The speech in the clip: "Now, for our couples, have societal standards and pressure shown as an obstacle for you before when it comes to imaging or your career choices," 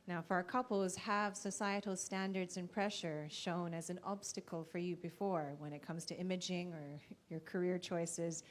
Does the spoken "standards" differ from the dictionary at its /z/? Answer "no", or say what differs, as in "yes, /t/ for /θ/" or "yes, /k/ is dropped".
no